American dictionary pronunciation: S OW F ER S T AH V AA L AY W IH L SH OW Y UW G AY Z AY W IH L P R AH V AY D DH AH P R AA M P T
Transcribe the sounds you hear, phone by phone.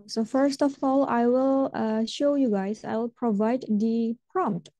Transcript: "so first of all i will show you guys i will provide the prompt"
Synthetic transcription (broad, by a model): S OW F ER S T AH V AA L AY W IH L SH OW Y UW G AY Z AY W IH L P R AH V AY D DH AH P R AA M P T